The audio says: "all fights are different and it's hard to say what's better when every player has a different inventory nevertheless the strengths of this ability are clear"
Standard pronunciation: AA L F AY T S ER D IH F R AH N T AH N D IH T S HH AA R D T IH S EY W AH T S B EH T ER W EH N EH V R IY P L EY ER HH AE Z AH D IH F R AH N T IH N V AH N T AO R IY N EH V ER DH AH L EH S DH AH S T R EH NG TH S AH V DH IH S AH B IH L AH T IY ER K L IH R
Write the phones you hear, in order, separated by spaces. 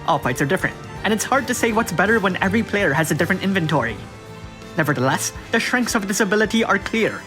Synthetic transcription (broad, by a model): AA L P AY T S ER D IH F R AH N T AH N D IH T S HH AA R D T IH S EY W AH T S B EH T ER W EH N EH V R IY P L EY ER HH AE Z AH D IH F R AH N T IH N V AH N T AO R IY N EH V ER DH AH L EH S DH AH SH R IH NG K S AH V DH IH S AH B IH L AH T IY ER K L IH R